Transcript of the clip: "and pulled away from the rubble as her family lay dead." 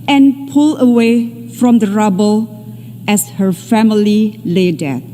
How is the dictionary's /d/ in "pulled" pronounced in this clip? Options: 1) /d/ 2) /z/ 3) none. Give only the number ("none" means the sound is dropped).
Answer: 3